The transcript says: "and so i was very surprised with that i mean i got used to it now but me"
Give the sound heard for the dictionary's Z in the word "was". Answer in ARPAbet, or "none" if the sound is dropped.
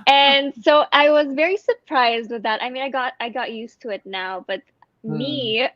Z